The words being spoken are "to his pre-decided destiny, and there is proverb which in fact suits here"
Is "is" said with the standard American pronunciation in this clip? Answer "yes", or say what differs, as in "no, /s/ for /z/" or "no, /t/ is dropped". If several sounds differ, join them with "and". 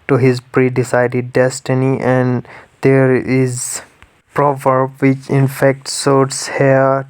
yes